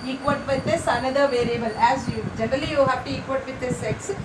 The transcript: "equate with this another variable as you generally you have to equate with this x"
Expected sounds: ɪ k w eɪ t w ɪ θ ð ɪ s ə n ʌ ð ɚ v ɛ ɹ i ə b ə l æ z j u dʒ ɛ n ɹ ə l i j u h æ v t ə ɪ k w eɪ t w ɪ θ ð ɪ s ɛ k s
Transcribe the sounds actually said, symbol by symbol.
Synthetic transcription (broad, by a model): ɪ k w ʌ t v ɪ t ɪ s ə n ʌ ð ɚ v ɛ ɹ i ə b ə l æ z j u dʒ ɛ n ɹ ə l i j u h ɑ p t ə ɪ k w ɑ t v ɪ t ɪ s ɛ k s